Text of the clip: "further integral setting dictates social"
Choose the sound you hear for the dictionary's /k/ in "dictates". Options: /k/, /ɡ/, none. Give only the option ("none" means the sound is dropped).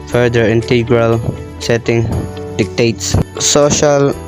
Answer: /k/